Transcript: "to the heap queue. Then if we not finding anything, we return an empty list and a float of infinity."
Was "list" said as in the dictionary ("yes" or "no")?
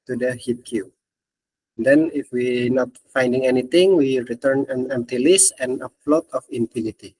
no